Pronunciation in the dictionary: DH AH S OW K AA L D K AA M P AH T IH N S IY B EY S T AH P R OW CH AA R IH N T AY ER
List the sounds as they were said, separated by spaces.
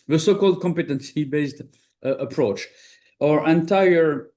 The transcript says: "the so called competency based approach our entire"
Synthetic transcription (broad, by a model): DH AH S OW K AA L D K AA M P AH T IH N S IY B EY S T AH P R OW CH AA R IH N T AY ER